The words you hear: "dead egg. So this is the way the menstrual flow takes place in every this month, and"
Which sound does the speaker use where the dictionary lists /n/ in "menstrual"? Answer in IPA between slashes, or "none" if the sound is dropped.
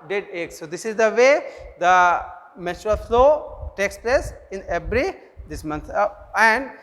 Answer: none